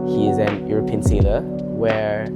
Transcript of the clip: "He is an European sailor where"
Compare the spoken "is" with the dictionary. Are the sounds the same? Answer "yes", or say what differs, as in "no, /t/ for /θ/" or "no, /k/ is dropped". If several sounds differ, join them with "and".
yes